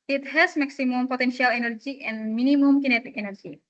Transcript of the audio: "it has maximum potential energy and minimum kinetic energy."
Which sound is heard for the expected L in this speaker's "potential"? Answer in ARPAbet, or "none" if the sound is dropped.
L